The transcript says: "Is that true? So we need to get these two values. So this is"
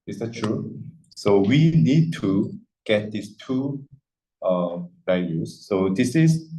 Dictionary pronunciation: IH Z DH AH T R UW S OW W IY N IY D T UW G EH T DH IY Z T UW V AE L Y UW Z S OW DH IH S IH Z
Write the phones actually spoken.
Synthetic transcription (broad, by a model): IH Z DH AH T R UW S OW W IY N IY D T UW G EH T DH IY S T UW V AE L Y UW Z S OW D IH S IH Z